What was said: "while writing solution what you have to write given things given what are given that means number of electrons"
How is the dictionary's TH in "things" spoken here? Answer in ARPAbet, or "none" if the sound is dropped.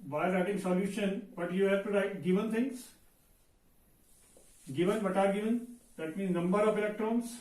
T